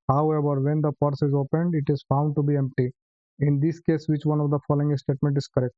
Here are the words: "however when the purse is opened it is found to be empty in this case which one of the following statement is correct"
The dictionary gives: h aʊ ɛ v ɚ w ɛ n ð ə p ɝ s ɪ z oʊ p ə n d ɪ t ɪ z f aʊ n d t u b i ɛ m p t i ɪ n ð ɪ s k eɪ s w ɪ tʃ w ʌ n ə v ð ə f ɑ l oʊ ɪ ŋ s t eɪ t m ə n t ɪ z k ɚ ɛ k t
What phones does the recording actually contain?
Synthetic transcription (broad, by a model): h aʊ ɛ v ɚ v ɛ n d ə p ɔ s ɪ z oʊ p ə n d ɪ t ɪ z f aʊ n d t u b i ɛ m p t i ɪ n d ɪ s k eɪ s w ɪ tʃ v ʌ n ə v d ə f ɑ l oʊ ɪ ŋ s t eɪ t m ə n t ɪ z k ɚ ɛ k t